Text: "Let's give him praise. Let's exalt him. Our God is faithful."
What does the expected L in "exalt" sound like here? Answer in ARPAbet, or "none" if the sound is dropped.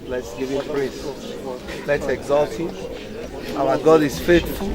L